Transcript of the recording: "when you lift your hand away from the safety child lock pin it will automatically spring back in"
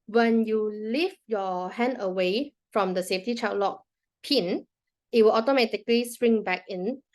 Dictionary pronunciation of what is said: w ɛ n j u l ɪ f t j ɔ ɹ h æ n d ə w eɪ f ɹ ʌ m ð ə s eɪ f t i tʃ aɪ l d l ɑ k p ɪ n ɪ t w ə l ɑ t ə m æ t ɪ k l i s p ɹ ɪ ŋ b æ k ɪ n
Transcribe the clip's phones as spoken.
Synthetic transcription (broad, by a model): w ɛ n j u l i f j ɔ h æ n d ə w eɪ f ɹ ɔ m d ə s eɪ f t i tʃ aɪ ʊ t l ɑ k p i n ɪ t w ə l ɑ t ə m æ t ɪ k l i s p ɹ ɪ ŋ b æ k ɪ n